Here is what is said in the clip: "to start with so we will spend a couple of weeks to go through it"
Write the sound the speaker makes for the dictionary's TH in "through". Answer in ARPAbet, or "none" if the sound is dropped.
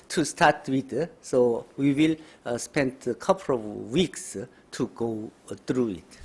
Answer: T